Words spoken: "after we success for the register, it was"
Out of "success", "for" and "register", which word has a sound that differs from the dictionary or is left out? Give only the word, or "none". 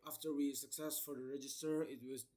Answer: none